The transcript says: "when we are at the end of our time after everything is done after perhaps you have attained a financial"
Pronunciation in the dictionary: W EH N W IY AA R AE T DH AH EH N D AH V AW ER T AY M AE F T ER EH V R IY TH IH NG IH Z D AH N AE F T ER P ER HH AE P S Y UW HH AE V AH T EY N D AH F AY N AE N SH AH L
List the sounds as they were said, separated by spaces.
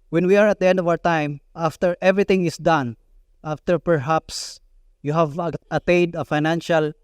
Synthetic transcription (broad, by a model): W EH N W IY AA R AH T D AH EH N D AH V AW ER T AY M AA F T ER EH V R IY T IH NG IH S D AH N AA F T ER P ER HH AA P S Y UW HH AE V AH T EY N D AH F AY N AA N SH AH L